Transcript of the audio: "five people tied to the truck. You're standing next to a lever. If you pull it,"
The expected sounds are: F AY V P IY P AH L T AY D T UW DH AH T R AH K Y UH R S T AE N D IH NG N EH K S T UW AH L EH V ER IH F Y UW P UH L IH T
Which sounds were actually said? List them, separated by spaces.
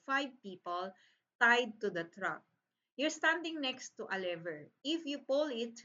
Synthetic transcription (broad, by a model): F AY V P IY P AH L T AY D T UW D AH T R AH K Y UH R S T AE N D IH NG N EH K S T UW AH L EH V ER IH F Y UW P UH L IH T